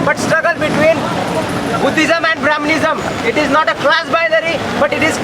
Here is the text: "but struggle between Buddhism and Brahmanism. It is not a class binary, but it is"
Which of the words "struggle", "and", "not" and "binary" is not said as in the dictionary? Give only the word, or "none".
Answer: binary